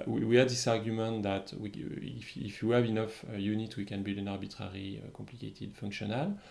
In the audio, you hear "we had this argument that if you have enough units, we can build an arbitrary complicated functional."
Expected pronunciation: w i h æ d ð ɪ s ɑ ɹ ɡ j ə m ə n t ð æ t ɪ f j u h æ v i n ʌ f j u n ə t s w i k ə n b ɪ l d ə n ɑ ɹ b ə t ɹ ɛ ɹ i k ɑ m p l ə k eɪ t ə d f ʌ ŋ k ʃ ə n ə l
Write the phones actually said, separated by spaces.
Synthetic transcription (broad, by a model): w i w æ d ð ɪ s ɑ ɹ ɡ j ə m ə n t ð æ t ɪ f j u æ v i n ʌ f j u n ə t w i k ə n b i l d ə n ɑ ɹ b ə t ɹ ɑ ɹ i k ɑ m p l ə k eɪ t ə d f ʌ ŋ k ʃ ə n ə l